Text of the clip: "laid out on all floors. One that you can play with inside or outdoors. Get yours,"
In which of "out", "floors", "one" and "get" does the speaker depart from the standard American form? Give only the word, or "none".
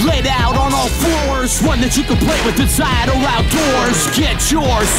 floors